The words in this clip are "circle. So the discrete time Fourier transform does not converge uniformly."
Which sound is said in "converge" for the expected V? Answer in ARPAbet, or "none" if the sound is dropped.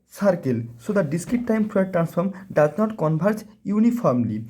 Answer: B